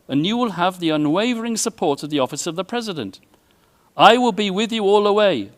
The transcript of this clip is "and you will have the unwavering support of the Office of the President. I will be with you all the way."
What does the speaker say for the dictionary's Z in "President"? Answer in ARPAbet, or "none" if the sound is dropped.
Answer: Z